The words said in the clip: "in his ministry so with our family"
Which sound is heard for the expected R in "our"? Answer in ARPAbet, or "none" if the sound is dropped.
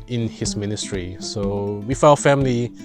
L